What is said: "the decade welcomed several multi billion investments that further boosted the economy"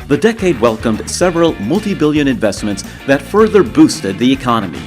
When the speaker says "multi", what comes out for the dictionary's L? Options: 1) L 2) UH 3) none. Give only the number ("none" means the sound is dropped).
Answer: 1